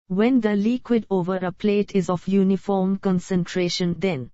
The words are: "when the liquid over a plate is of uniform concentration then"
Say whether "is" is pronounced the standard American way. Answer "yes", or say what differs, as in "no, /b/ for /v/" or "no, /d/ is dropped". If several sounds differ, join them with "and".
yes